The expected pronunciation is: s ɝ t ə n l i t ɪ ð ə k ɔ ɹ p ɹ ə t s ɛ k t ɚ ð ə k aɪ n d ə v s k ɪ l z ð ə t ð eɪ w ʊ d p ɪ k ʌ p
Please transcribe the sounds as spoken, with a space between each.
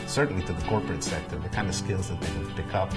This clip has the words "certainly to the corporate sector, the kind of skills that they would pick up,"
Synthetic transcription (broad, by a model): s ɝ t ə n l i t ɪ ð ə k ɔ ɹ p ɹ ə t s ɛ k t ɚ ð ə k aɪ n d ə v s k ɪ l z ð ə t ð eɪ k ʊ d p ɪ k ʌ p